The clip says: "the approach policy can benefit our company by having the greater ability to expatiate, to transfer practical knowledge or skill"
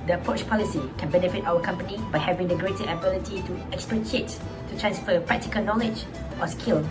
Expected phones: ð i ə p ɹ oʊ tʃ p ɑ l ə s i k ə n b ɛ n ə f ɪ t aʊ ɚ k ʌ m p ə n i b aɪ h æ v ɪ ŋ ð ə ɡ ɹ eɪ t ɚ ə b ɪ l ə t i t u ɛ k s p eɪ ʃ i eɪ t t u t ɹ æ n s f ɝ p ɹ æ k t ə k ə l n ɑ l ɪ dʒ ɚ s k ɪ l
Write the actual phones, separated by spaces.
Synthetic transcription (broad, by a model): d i ə p ɹ oʊ tʃ p ɑ l ə s i k ə n b ɛ n ə f ɪ t aʊ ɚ k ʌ m p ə n i b aɪ h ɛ v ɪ ŋ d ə ɡ ɹ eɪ t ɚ ə b ɪ l ə t i t u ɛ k s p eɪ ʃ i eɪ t t u t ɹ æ n s f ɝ p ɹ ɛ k t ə k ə l n ɑ l ɪ dʒ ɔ s k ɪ l